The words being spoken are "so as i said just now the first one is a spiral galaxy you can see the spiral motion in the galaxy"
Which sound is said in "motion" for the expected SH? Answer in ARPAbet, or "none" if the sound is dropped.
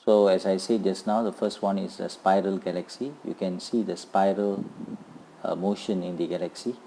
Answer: SH